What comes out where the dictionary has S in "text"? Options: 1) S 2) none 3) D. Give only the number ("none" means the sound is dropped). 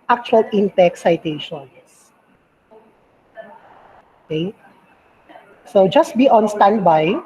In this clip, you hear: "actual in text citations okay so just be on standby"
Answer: 2